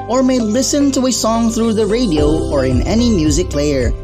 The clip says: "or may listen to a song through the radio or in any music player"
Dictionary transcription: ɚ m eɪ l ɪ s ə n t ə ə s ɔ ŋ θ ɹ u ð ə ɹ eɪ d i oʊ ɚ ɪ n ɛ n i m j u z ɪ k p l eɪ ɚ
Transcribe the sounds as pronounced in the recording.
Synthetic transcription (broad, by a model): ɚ m eɪ l ɪ s ə n t ə ə s ɔ ŋ θ ɹ u ð ə ɹ eɪ d i oʊ ɚ ɪ n ɛ n i m j u z ɪ k l eɪ ɚ